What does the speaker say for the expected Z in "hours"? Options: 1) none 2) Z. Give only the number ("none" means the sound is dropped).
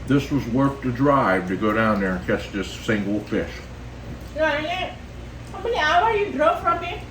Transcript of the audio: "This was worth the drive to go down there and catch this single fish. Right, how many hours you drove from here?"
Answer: 1